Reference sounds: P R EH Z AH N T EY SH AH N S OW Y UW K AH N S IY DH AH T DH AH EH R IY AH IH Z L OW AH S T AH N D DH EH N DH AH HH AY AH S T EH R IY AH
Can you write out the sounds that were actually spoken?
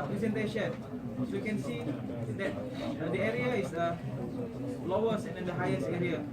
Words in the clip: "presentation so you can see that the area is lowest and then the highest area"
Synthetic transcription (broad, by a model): P R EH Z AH N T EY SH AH N S OW Y UW K AH N S IY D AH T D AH EH R IY AH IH S L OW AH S AH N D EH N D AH HH AY AH S T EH R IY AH